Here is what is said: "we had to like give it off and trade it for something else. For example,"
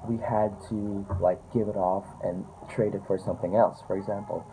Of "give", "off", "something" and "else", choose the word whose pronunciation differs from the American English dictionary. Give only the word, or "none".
none